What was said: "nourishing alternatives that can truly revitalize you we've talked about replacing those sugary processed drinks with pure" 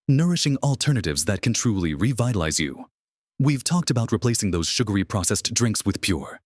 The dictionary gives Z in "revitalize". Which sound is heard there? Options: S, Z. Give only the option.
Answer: Z